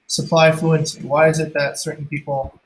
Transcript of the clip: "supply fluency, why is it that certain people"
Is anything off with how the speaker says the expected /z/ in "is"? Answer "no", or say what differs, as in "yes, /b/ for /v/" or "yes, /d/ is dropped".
no